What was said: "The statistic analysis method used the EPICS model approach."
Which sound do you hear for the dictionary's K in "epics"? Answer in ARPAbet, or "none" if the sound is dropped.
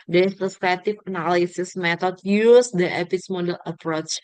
none